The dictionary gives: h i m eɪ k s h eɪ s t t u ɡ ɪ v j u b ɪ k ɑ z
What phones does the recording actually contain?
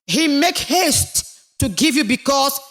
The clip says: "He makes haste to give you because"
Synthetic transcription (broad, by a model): h i m eɪ k h eɪ s t t u ɡ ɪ v j u b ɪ k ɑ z